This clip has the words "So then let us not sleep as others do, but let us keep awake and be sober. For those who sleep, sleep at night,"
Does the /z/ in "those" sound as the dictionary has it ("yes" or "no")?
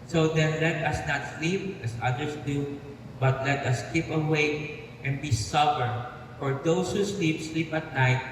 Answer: no